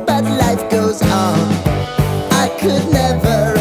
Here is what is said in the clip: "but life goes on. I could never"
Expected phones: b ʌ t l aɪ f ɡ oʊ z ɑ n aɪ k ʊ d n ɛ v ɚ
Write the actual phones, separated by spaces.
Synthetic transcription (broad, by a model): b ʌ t l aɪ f ɡ oʊ z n aɪ k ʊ d n ɛ v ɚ